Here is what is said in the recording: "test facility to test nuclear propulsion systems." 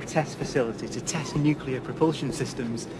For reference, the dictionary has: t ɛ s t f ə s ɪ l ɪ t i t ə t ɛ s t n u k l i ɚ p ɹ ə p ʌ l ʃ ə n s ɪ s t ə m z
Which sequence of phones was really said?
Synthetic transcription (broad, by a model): t ɛ s t f ə s ɪ l ɪ t i t ə t ɛ s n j u k l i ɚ p ɹ ə p ʌ l ʃ ə n s ɪ s t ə m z